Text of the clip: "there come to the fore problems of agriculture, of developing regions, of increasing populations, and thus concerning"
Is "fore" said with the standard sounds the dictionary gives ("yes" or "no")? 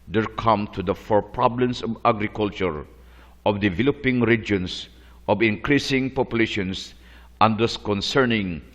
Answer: yes